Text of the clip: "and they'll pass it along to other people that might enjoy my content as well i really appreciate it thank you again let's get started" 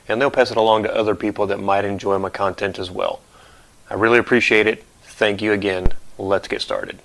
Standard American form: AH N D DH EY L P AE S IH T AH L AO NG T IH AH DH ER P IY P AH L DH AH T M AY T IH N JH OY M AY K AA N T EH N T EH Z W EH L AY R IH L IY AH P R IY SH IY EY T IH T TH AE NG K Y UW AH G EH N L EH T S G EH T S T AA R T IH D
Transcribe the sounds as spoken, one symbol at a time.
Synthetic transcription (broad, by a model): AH N DH EY L P AE S IH T AH L AO NG T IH AH DH ER P IY P L DH AH T M AY T IH N JH OY M AY K AA N T EH N T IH Z W EH L AY R IH L IY AH P R IY SH IY EY T IH T TH AE NG K Y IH AH G EH N L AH T S G EH T S T AA R T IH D